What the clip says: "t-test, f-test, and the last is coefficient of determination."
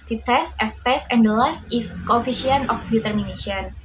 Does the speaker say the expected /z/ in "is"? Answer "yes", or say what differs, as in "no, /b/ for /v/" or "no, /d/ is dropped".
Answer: no, /s/ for /z/